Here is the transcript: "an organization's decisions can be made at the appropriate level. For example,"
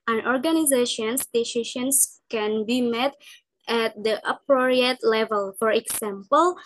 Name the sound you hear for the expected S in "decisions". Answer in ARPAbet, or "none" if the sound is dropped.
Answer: SH